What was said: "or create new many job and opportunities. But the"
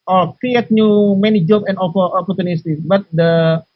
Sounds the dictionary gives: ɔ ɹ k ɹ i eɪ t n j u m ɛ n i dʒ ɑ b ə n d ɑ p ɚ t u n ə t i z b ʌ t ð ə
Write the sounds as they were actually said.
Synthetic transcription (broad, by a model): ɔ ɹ k ɹ i eɪ t n j u m ɛ n i dʒ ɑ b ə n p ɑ p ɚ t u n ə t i b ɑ t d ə